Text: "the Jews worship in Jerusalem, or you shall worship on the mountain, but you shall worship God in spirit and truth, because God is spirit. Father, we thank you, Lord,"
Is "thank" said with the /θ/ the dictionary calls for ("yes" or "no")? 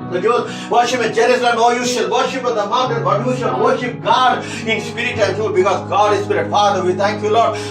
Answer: no